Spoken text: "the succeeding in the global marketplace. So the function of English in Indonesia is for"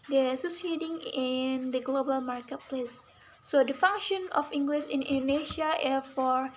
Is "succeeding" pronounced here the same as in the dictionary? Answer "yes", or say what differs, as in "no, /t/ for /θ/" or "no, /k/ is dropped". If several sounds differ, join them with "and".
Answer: no, /k/ is dropped